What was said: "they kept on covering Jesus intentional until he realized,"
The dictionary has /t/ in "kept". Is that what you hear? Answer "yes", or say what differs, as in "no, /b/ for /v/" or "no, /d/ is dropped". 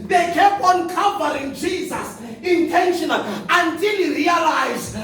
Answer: no, /t/ is dropped